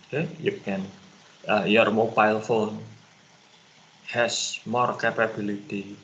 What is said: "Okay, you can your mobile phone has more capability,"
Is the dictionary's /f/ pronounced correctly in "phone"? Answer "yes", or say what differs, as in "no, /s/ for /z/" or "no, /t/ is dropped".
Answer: yes